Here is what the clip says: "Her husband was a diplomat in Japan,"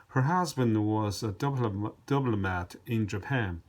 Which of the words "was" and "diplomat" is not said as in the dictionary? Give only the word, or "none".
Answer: diplomat